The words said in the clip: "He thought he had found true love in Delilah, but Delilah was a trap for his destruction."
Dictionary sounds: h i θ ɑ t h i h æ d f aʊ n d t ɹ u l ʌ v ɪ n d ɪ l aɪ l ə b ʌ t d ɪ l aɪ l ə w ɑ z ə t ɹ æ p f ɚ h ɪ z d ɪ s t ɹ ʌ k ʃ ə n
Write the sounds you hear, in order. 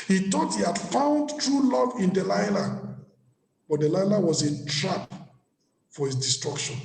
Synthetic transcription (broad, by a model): h i t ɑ t h i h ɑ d f aʊ n d t ɹ u l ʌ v ɪ n d ɪ l aɪ l ə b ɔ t d ɪ l aɪ l ə w ɑ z ə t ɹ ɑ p f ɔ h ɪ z d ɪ s t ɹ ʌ k ʃ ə n